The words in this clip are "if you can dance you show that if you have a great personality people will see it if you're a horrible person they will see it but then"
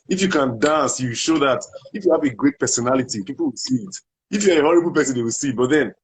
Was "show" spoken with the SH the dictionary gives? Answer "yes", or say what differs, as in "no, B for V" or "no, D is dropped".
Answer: yes